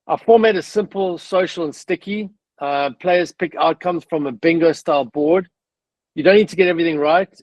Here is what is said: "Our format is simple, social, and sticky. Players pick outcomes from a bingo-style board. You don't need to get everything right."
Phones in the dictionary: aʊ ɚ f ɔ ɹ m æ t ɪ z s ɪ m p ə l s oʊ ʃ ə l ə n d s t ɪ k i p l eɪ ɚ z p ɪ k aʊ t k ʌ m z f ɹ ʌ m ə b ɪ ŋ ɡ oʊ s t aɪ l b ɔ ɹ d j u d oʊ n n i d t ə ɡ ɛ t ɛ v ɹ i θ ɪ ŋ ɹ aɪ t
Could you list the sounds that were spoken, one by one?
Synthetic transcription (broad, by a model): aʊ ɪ f ɔ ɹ m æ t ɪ s ɪ m p ə l s oʊ ʃ ə l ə n s t ɪ k i p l eɪ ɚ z p ɪ k aʊ t k ʌ m z f ɹ ʌ m ə b ɪ ŋ ɡ oʊ s t aɪ l b ɔ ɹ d j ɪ d oʊ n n i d t ə ɡ ɛ t ɛ v ɹ i θ ɪ ŋ ɹ aɪ t